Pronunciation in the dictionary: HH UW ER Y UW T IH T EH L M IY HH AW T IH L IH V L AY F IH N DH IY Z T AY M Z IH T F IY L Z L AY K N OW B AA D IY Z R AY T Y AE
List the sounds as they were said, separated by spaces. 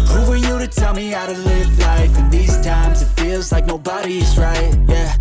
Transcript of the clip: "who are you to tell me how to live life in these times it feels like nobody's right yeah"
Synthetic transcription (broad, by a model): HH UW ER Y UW T IH T EH L M IY AW T IH L IH V L AY F IH N DH IY Z T AY M Z IH T F IY L Z L AY K N OW B AA D IY Z R AY T Y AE